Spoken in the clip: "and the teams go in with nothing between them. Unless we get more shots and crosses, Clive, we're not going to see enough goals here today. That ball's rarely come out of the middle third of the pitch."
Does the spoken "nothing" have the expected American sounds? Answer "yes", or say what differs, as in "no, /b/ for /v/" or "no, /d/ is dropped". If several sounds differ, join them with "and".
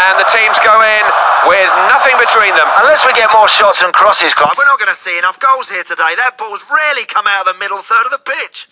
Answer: yes